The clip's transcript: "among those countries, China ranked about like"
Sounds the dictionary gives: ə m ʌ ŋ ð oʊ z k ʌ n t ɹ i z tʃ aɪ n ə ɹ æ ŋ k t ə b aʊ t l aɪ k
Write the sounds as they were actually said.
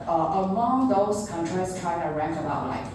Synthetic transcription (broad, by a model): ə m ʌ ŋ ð oʊ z k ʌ n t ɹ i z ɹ aɪ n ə ɹ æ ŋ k ə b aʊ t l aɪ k